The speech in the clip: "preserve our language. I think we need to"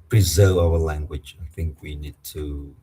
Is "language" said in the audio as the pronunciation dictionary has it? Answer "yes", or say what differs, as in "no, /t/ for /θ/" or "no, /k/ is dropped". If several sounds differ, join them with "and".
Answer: yes